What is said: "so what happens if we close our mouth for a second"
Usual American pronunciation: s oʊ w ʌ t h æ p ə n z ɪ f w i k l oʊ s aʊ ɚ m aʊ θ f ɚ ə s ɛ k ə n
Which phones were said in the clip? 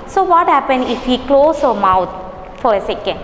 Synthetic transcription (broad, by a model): s oʊ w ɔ t h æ p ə n ɪ f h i k l oʊ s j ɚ m aʊ t f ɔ ə s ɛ k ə n